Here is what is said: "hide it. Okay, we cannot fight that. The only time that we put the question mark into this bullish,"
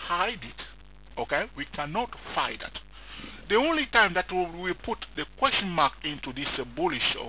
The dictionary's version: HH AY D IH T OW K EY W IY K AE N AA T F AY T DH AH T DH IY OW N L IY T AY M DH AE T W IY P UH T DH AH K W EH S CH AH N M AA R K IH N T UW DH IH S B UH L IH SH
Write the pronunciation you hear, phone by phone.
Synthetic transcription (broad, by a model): HH AY D IH T OW K EY W IY K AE N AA T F AY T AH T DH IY OW N L IY T AY M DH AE T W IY P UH T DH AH K W EH S CH AH N M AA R K IH N T UW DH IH S B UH L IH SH